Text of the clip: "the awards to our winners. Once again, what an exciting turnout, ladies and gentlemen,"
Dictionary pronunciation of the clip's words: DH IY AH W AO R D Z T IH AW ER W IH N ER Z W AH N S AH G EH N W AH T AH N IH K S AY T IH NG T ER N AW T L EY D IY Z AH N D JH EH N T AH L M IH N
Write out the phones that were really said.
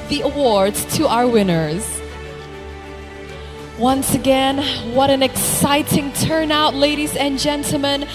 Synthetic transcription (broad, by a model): DH IY AH W AO R D Z T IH AW ER W IH N ER Z W AH N S AH G EH N W AH T AH N IH K S AY T IH NG T ER N AW T L EY D IY Z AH N JH EH N T L M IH N